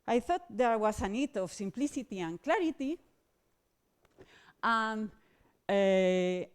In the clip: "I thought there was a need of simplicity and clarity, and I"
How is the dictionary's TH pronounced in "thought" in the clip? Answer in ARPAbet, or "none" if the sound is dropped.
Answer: TH